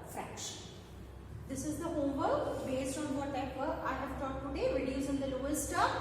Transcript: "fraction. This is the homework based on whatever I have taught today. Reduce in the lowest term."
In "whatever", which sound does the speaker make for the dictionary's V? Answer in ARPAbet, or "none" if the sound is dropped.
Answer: P